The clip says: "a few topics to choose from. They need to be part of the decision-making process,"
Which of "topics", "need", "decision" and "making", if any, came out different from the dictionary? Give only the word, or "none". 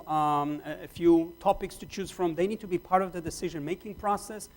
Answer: none